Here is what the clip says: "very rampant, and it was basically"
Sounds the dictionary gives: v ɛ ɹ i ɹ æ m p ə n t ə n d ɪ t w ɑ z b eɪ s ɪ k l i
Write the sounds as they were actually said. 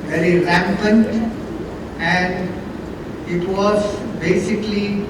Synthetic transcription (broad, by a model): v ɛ ɹ i ɹ æ m p ə n t ə n d ɪ t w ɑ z b eɪ s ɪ k l i